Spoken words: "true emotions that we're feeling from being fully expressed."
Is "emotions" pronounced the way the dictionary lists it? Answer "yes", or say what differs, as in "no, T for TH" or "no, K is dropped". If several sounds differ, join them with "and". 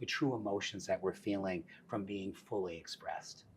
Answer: yes